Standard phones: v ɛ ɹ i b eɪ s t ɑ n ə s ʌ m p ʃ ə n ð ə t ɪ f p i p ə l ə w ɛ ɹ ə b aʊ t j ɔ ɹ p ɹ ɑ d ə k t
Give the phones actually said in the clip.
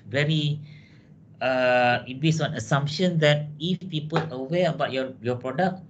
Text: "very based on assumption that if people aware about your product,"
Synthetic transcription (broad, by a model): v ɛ ɹ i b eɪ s ɑ n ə s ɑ m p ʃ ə n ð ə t ɪ f f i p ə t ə w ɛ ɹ ə b aʊ t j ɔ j p ɹ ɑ d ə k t